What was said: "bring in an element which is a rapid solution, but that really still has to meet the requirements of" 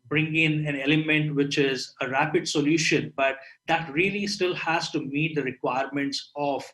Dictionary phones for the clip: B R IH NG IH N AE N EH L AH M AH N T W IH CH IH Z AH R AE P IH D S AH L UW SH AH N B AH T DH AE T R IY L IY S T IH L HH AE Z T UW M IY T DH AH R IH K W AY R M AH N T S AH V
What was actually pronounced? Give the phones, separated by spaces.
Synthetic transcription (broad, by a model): B R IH NG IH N AE N EH L AH M AH N T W IH CH IH Z AH R AE P IH D S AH L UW SH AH N B AH T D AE T R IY L IY S T IH L HH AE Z T UW M IY T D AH R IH K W AY R M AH N T S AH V